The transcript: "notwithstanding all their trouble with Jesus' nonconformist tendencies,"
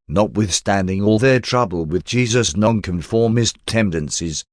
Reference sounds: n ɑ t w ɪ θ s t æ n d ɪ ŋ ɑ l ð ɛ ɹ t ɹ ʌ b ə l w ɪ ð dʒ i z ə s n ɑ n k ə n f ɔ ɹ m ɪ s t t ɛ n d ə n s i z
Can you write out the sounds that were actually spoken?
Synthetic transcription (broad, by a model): n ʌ t w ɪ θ s t æ n d ɪ ŋ ɑ l ð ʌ ɹ t ɹ ʌ b ə l w ɪ ð dʒ i z ə s n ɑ n k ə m f ɔ ɹ m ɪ s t t ɛ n d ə n s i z